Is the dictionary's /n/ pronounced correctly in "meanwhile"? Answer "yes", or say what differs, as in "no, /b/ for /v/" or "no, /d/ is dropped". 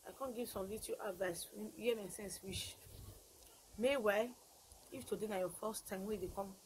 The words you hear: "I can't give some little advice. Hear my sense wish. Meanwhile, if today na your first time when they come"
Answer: no, /n/ is dropped